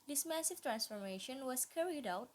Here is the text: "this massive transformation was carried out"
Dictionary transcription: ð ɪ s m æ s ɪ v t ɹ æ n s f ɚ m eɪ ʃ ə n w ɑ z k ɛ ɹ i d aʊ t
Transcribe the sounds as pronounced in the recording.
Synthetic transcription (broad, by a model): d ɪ s m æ s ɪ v t ɹ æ n s f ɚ m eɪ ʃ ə n w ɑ s k ɛ ɹ i d aʊ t